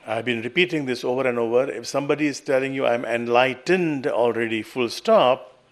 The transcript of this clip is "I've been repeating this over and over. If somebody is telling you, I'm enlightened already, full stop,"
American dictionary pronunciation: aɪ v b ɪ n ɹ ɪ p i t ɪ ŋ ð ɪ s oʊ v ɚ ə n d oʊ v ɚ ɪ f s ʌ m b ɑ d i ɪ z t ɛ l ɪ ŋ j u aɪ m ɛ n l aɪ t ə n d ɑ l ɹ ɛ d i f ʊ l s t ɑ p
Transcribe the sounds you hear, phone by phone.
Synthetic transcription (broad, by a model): aɪ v b ɪ n ɹ ɪ p i t ɪ ŋ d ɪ s oʊ v ɚ ə n d oʊ v ɚ ɪ f s ʌ m b ɑ d i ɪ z t ɛ l ɪ ŋ j u aɪ m ɛ n l aɪ t ə n d ɑ l ɹ ɛ d i f ʊ l s t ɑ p